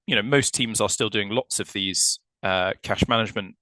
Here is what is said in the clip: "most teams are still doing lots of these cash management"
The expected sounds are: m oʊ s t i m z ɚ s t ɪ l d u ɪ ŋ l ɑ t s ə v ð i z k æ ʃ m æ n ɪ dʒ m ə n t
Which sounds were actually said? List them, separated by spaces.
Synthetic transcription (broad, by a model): m oʊ s t i m z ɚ s t ɪ l d u ɪ ŋ l ɑ t s ə v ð i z k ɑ ʃ m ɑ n ɪ dʒ m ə n t